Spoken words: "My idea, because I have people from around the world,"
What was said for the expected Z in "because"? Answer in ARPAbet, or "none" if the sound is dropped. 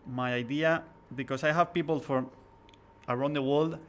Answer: S